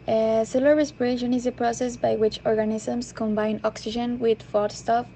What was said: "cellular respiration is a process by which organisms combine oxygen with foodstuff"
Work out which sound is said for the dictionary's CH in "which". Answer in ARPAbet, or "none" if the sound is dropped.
CH